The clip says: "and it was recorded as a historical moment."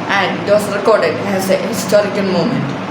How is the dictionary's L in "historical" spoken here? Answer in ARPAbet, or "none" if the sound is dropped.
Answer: L